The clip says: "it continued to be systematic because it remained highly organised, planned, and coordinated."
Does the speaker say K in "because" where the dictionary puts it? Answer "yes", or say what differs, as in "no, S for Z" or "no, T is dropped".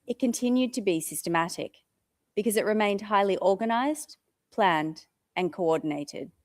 yes